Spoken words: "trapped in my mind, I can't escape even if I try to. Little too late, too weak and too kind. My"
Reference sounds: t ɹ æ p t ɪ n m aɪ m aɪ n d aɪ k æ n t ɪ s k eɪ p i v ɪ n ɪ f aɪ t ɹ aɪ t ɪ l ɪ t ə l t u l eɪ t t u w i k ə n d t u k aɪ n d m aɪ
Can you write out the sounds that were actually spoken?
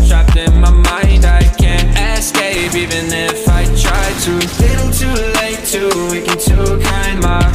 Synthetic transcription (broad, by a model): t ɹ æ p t ɪ n m aɪ m aɪ n d aɪ k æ n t ɪ s k eɪ p i v ɪ n ɪ f aɪ t ɹ aɪ t ɪ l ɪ t l t u l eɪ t t u w i k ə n t u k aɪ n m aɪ